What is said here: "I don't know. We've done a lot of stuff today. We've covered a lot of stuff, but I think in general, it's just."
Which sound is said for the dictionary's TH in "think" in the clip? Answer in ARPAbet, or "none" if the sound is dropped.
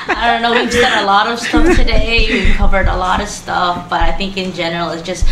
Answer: TH